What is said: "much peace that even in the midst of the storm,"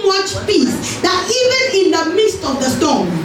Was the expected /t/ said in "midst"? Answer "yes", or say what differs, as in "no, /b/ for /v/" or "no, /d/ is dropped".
yes